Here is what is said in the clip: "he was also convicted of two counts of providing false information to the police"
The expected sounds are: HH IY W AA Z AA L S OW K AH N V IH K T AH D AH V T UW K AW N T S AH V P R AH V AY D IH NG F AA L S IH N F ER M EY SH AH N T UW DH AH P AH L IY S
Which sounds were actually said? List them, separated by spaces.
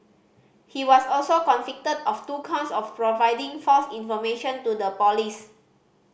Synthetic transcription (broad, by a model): HH IY W AA S AA L S OW K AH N F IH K T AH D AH F T UW K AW N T S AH F P R AH V AY D IH NG F AA L S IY N F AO M EY SH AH N T UW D AH P AH L IY S